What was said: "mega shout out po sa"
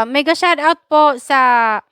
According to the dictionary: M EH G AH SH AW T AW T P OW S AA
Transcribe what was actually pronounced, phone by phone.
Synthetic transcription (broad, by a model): M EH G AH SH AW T AW T P OW S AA